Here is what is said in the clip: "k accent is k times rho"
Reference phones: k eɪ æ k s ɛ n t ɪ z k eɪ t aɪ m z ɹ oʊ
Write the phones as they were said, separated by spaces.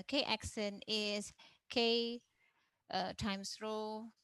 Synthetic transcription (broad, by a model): k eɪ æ k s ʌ n ɪ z k eɪ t aɪ m s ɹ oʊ